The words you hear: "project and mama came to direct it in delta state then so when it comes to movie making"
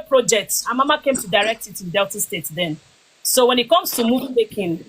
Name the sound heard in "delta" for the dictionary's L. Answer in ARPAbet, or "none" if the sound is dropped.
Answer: L